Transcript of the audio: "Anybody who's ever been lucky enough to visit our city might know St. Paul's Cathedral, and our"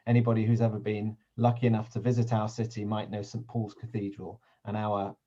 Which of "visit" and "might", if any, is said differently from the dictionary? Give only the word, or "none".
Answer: none